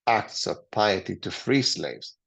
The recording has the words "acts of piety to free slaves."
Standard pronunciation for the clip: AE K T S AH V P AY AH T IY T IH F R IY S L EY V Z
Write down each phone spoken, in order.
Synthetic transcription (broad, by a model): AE K T S AH V P AY AH T IY T IH F R IY S L EY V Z